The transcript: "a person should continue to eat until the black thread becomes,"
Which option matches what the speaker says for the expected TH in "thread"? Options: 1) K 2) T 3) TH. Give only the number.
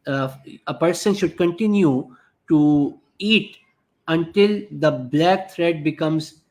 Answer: 2